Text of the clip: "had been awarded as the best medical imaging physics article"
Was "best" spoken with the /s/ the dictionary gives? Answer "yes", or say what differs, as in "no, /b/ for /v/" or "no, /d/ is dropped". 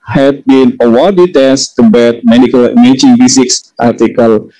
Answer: no, /s/ is dropped